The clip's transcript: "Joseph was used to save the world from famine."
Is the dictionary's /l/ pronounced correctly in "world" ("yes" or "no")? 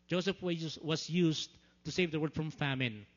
no